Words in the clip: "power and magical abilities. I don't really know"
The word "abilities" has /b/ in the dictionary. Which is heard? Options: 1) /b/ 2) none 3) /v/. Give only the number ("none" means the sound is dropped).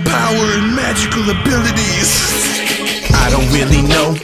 1